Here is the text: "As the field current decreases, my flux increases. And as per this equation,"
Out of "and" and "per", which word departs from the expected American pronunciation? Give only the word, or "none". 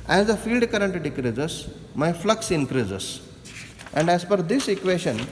per